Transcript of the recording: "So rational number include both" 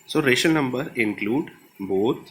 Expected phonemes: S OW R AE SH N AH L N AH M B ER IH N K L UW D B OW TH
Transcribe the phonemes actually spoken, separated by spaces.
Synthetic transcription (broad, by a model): S OW R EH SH AH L N AH M B ER IH N K L UW D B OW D